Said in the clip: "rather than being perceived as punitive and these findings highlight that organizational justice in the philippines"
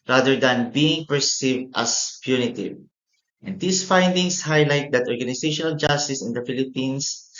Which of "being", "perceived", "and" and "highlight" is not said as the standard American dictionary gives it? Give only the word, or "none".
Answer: none